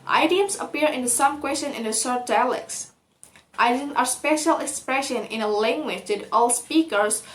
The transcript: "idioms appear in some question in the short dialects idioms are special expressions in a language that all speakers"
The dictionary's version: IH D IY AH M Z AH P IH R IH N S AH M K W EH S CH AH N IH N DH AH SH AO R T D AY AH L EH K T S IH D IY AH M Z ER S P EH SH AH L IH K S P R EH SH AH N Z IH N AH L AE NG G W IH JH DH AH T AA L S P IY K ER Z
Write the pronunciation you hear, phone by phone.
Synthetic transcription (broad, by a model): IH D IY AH M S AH P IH R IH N S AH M K W EH S CH AH N IH N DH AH S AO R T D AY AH L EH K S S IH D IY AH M ER S P EH SH AH L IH K S P R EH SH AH N IH N AH L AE NG G W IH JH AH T AA L S P IY K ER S